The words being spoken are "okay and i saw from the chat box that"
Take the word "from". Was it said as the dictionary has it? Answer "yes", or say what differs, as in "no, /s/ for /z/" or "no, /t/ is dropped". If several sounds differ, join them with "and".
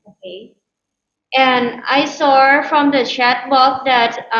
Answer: yes